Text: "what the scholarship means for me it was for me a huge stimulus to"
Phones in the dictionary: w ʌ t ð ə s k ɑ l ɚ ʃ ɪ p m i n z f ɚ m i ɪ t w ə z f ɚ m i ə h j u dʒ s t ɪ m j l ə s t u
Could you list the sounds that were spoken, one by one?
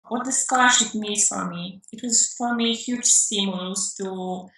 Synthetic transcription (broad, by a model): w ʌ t ð ə s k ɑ ɪ ʃ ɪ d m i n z f ɚ m i ɪ t w ə z f ɚ m i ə h j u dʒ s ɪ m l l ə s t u